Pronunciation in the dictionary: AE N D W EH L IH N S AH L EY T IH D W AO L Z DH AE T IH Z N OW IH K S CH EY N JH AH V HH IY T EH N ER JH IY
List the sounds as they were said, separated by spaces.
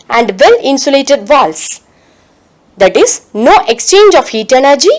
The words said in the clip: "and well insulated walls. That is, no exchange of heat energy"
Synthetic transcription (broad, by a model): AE N D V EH L IH N S AH L EY T IH D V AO L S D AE T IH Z N OW IH K S CH EY N JH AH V HH IY T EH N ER JH IY